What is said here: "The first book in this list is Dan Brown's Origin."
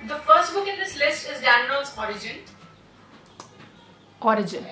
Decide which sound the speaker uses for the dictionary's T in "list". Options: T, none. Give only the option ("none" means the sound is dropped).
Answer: T